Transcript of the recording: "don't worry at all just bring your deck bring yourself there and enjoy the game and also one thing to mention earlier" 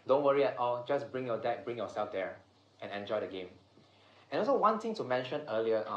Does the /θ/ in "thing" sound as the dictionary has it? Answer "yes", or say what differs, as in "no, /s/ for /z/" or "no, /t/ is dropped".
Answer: no, /t/ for /θ/